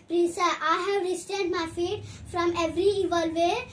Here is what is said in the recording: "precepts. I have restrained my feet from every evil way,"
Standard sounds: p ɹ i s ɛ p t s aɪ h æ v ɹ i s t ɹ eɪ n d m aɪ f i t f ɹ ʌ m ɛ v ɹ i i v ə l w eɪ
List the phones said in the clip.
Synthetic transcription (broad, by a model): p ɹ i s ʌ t aɪ h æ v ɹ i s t eɪ d m aɪ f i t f ɹ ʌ m ɛ v ɹ i i v ə l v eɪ